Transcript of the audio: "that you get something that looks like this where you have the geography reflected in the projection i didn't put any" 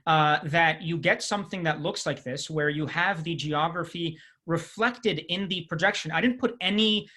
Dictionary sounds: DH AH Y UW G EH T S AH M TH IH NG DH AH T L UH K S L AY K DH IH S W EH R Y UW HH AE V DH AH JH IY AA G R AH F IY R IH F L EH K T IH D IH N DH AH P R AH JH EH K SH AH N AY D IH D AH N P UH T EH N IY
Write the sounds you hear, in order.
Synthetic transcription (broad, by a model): DH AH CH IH G EH T S AH M TH IH NG DH AH T L UH K S L AY K DH IH S W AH R Y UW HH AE V DH AH JH IY AA G R AH F IY R IH F L EH K T IH D IH N DH AH P R AH JH EH K SH AH N AY D IH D N P UH T EH N IY